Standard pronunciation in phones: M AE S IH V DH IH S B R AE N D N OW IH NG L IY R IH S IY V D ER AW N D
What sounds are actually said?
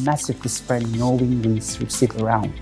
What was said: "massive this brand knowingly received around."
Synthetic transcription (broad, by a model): M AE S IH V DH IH S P R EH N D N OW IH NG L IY W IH S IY D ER AW N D